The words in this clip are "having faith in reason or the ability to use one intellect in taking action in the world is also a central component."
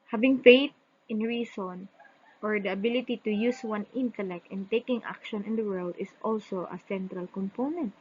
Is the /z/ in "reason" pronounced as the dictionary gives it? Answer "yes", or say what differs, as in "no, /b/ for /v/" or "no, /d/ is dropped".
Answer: no, /s/ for /z/